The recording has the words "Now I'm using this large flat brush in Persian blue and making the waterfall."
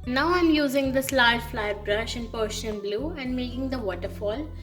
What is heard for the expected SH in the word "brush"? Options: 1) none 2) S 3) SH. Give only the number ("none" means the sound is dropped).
3